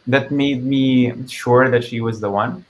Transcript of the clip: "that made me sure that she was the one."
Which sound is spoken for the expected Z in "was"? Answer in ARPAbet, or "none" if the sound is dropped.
Z